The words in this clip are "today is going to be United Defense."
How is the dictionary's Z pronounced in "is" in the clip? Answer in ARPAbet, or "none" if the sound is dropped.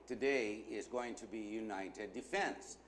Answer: Z